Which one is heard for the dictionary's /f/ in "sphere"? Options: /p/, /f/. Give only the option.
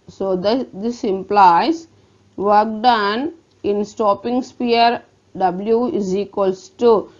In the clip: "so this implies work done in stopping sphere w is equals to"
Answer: /p/